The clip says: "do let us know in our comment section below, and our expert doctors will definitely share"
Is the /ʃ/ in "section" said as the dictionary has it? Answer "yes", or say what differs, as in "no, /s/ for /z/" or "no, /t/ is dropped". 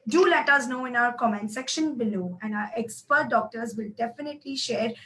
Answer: yes